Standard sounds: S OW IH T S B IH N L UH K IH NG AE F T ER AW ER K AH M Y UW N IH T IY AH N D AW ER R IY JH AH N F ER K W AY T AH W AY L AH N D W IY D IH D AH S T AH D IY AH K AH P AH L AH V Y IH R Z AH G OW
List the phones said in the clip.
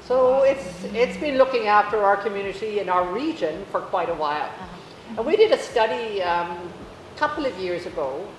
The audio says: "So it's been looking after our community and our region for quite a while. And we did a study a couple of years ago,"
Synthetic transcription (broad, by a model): S OW IH T S B IH N L UH K IH NG AE F T ER AW ER K AH M Y UW N IH T IY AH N AW ER R IY JH AH N F ER K W AY T AH W AY L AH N W IY D IH D AH S T AH D IY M K AH P L AH V Y IH R Z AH G OW